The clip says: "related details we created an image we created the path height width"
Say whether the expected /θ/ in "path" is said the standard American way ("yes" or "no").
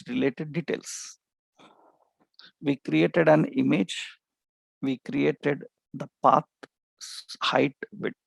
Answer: no